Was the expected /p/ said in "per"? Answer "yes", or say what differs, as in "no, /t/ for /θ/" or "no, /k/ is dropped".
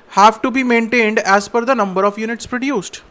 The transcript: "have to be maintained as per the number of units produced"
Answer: no, /f/ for /p/